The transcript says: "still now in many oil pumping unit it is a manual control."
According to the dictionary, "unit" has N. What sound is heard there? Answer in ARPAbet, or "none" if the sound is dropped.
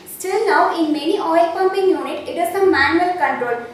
N